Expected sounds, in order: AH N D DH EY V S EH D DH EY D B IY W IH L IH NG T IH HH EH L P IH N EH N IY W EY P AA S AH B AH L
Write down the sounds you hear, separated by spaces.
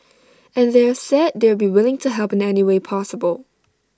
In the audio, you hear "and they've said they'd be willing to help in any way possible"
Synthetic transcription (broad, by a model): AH N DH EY S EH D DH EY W B IY W IH L IH NG T IH HH EH L P IH N EH N IY W EY P AA S AH B AH L